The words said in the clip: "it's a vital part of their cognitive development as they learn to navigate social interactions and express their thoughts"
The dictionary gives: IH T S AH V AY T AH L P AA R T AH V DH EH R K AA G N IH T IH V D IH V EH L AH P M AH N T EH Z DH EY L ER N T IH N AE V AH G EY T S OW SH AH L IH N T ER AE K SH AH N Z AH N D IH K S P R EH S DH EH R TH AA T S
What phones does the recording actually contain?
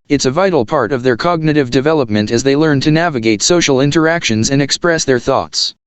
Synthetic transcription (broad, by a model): IH T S AH V AY T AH L P AA R T AH V DH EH R K AA G N IH T IH V D IH V EH L AH P M AH N T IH Z DH EY L ER N T IH N AE V AH G EY T S OW SH L IH N T ER AE K SH AH N Z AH N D IH K S P R EH S DH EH R TH AA T S